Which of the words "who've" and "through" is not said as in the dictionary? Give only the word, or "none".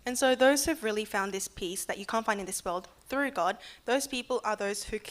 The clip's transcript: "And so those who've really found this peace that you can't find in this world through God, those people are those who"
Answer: none